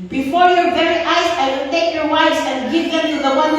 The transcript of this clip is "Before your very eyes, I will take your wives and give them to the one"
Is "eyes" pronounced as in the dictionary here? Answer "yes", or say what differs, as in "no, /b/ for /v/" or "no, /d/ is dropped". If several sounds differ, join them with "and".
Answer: no, /s/ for /z/